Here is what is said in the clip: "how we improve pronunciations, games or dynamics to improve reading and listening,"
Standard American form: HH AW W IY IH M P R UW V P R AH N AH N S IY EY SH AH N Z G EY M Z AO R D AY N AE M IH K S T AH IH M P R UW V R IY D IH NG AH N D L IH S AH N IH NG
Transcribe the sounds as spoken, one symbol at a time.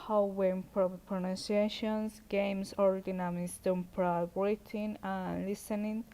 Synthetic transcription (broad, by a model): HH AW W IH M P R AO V P R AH N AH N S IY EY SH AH N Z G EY M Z AO R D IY N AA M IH S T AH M P R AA B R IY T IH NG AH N L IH S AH N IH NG